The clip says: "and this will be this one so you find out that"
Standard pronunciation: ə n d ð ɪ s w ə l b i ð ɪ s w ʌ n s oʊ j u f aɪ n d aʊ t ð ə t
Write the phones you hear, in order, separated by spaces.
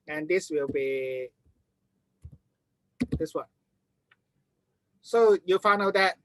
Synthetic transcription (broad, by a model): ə n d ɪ s w ə l b i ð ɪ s w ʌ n s oʊ j u f aɪ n aʊ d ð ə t